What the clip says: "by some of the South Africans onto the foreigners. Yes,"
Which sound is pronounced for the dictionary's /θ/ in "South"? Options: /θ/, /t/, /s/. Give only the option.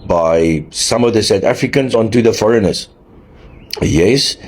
/t/